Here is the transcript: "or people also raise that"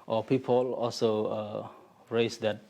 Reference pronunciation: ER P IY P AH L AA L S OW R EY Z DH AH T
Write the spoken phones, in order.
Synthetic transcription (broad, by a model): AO P IY P AH L AA L S OW R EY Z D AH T